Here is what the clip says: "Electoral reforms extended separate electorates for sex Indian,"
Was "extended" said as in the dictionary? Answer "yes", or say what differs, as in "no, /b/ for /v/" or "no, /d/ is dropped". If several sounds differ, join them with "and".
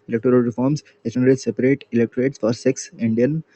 no, /k/ is dropped